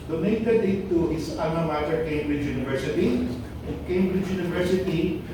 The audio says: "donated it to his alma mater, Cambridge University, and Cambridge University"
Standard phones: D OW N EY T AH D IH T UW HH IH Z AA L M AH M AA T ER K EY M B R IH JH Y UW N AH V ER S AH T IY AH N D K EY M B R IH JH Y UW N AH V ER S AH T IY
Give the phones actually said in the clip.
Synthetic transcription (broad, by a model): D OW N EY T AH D IH T UW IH S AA M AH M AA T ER K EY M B R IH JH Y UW N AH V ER S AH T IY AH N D K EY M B R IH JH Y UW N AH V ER S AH T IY